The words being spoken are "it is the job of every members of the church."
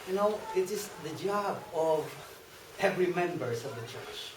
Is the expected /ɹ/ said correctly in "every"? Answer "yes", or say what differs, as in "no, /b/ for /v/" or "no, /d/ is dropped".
yes